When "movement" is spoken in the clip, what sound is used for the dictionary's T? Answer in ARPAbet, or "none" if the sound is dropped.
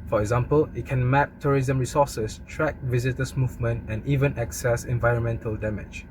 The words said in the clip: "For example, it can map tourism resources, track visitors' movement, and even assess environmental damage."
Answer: T